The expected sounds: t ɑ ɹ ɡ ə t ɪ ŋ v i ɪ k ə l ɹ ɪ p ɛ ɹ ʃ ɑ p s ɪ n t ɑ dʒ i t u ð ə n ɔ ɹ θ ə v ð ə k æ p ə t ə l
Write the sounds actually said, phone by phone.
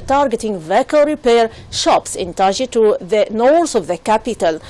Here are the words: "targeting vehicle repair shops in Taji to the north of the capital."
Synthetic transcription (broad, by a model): t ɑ ɹ ɡ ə t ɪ ŋ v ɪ k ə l ɹ ɪ p ɛ ɹ ʃ ɑ p s ɪ n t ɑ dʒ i t u ð ə n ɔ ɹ s ə v ð ə k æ p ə t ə l